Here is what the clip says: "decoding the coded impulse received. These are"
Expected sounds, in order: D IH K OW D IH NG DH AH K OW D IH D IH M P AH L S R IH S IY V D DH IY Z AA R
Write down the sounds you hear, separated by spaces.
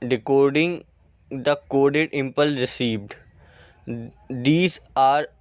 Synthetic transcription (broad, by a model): D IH K OW D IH NG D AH K OW D IH D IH M P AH L R IH S IY V D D IY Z AA R